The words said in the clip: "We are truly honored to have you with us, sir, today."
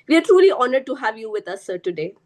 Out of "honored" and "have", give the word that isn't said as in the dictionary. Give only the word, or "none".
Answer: none